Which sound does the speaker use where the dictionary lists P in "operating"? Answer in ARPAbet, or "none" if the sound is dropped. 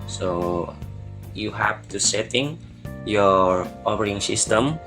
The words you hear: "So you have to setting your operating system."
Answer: F